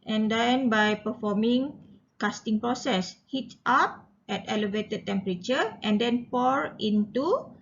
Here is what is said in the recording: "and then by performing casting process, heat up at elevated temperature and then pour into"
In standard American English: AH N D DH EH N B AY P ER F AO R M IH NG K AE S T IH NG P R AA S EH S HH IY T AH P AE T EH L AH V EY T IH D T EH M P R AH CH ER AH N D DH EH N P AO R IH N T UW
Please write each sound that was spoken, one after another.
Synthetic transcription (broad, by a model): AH N D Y N B AY P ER F AO M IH NG K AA S T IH NG P R AA S EH S HH IY T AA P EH T EH L AH V EY T IH D T EH M P R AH CH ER AH N D EH N P AO R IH N T UW